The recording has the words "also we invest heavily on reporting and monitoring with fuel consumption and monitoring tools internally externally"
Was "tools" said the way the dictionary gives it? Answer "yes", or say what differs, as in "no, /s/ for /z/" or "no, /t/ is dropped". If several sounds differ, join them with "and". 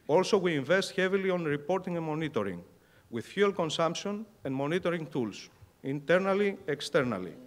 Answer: no, /s/ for /z/